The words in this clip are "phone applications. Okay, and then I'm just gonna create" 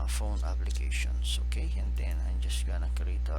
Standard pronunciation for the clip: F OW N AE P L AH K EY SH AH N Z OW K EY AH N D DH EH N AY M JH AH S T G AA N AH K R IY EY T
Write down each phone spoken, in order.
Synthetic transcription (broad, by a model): F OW N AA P L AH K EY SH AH N S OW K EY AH N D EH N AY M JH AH S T G AA N AH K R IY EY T